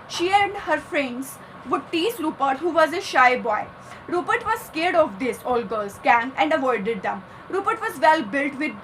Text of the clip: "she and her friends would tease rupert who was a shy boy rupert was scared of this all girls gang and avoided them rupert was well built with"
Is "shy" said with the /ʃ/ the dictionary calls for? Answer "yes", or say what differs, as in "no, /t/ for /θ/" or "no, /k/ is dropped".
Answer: yes